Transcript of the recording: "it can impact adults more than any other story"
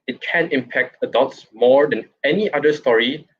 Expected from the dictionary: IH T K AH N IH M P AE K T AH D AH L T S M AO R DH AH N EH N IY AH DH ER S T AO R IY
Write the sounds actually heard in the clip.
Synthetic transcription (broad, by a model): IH T K AH N IH M P AE K T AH D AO T S M AO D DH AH N EH N IY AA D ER S T AO R IY